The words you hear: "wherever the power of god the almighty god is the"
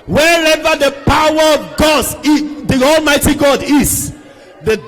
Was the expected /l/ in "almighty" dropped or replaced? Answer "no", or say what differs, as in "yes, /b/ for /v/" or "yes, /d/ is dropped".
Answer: no